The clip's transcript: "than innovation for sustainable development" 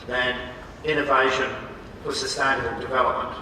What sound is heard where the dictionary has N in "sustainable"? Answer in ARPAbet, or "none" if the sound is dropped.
none